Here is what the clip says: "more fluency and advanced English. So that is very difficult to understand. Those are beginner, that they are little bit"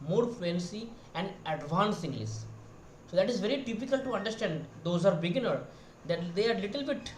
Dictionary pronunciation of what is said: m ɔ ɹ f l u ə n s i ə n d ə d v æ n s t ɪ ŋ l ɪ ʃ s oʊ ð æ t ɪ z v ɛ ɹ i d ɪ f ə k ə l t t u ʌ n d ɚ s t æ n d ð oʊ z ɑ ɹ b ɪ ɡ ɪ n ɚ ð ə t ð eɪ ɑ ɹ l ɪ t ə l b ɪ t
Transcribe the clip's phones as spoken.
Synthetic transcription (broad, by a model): m ɔ ɹ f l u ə n s i ə n d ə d v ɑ n s ɪ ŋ l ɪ s s oʊ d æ t ɪ z v ɛ ɹ i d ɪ p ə k ə l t t u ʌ n d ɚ s t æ n d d oʊ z ɑ ɹ b ɪ ɡ ɪ n ɚ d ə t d eɪ ɑ ɹ l ɪ t ə l b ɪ t